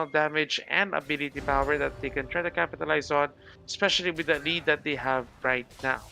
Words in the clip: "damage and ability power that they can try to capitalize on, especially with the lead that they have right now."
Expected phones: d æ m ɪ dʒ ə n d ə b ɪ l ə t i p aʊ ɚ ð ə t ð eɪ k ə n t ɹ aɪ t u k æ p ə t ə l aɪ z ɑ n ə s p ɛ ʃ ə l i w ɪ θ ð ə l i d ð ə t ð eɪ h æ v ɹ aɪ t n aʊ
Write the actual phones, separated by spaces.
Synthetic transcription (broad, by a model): d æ m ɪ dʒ ə n d ə b ɪ l ə t i p aʊ ɚ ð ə t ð eɪ k ə n t ɹ aɪ t u k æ p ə t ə l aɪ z ɑ n ə s p ɛ ʃ ə l i w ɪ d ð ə l i d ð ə t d eɪ h æ v ɹ aɪ t n aʊ